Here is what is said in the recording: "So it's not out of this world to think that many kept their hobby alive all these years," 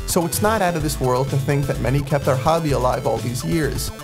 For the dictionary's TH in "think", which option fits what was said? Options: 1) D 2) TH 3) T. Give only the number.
2